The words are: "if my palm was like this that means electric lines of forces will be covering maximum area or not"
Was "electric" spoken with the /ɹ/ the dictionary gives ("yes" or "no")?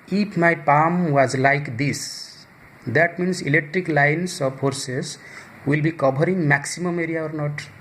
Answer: yes